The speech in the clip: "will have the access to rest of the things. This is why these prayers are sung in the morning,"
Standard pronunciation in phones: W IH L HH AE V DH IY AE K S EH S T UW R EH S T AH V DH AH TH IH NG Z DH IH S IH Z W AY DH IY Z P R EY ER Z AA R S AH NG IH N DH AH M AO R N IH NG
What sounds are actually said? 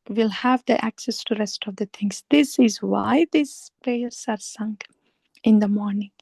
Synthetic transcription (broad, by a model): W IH L HH AE V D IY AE K S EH S T UW R EH S T AH V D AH T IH NG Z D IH S IH Z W AY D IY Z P EY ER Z AA R S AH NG IH N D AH M AO R N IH NG